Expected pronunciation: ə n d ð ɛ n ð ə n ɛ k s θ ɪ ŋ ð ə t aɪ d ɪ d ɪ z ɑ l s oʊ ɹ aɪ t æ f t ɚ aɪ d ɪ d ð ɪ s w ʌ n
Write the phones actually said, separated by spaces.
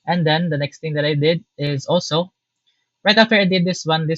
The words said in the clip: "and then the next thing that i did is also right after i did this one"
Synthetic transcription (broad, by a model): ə n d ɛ n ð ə n ɛ k s t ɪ ŋ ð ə t aɪ d ɪ d ɪ z ɑ l s oʊ ɹ aɪ t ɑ f t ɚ aɪ d ɪ d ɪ s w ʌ n